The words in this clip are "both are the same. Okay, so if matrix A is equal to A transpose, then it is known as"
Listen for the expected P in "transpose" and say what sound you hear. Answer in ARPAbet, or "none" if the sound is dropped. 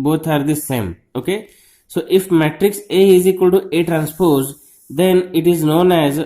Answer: P